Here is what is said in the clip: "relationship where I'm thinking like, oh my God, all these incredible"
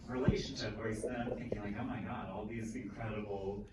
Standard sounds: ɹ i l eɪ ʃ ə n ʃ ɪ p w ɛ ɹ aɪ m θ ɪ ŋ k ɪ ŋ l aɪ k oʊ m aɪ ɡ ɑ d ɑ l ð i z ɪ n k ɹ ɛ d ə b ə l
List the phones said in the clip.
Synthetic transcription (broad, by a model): ɹ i l eɪ ʃ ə n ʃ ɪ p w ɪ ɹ aɪ m θ ɪ ŋ k ɪ ŋ l aɪ k oʊ m aɪ ɡ ɑ d ɑ l ð i z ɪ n k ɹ ɛ d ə b l